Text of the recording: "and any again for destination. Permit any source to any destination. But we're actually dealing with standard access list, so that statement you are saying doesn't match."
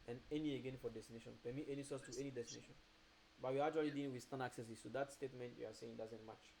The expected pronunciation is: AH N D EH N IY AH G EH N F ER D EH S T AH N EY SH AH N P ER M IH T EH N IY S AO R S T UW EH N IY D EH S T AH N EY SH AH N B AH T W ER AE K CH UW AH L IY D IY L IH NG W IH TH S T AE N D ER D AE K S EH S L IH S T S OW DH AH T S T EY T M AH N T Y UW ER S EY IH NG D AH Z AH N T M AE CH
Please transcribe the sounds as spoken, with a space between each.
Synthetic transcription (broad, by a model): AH N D EH N IY AH G EH N F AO D EH S T AH N EY SH AH N P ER M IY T EH N IY S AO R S T UW EH N IY D EH S T AH N EY SH AH N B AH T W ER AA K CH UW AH L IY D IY IH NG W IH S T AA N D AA K S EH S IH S S OW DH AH T S T EY T M AH N T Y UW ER S EY IH NG D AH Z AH N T M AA CH